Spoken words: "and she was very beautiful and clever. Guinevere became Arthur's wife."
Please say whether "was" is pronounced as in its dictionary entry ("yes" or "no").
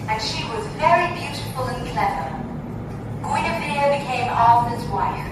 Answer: yes